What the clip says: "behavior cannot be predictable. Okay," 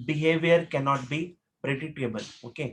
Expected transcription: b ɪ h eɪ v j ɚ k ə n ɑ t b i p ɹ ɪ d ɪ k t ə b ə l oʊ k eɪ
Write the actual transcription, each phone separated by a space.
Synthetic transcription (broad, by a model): b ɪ h eɪ v j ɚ k ə n ɑ t b i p ɹ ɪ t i t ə b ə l oʊ k eɪ